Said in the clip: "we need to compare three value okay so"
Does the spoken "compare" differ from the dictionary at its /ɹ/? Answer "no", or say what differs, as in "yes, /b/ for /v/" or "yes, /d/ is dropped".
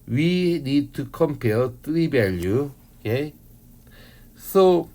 yes, /l/ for /ɹ/